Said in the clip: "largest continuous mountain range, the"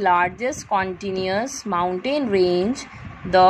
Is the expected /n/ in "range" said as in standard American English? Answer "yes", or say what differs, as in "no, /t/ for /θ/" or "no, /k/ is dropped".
yes